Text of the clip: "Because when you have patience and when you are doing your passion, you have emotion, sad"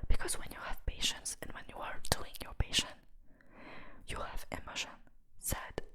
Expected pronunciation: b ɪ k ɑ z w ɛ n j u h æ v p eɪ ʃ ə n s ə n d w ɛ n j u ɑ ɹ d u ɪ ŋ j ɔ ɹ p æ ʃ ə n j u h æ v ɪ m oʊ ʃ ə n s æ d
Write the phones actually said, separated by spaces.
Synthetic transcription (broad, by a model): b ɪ k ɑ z w ɛ n j u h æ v p eɪ ʃ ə n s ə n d w ɛ n j u ɑ ɹ d u ɪ ŋ j ɔ ɹ p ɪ ʃ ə n j u h æ v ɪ m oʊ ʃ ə n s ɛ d